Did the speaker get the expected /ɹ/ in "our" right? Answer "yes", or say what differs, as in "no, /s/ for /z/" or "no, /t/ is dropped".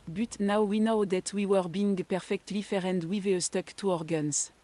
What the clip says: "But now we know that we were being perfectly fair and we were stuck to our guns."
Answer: yes